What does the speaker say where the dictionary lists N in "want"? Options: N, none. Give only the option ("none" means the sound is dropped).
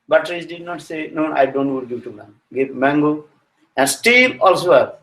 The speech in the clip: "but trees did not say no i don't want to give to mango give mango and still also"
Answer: none